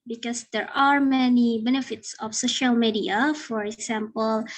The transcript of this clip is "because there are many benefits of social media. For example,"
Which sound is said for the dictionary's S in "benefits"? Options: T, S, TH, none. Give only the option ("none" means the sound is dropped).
S